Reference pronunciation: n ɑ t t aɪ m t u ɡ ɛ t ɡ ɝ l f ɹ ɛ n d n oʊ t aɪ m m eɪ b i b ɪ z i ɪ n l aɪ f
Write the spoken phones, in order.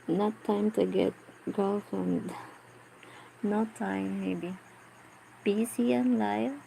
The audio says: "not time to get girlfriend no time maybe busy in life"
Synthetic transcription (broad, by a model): n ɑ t t aɪ m t u ɡ ɛ t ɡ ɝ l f ɛ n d n oʊ t aɪ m m eɪ b i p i s i ɪ n l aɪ